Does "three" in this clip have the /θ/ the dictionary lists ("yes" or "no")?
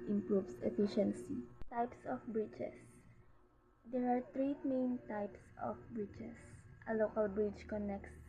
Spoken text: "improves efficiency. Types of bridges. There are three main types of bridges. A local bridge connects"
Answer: no